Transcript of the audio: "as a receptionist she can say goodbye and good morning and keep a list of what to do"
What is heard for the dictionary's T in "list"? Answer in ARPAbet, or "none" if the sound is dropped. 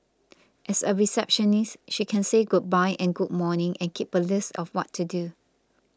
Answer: T